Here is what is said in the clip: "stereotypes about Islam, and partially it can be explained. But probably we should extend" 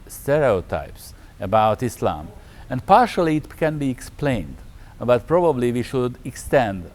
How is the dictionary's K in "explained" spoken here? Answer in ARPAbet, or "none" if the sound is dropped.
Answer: K